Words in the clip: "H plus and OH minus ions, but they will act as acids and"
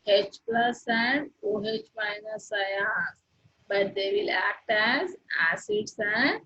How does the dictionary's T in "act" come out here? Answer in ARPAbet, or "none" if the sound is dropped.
T